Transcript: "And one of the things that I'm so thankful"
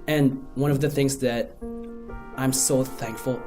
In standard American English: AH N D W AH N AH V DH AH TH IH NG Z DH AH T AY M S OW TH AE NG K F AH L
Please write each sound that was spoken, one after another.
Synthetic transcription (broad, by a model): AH N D W AH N AH V DH AH TH IH NG Z DH AH T AY M S OW TH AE NG K F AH L